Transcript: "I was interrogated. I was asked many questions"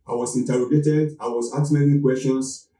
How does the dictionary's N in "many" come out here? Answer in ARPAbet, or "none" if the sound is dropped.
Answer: L